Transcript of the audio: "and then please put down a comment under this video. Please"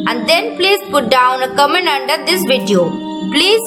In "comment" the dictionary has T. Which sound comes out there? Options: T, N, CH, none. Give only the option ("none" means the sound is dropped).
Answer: none